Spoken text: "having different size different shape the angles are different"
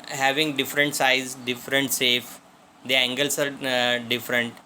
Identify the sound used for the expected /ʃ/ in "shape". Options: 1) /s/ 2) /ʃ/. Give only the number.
1